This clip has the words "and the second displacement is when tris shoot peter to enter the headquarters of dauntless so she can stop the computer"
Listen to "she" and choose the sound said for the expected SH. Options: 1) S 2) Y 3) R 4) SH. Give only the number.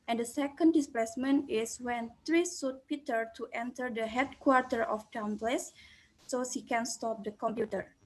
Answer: 1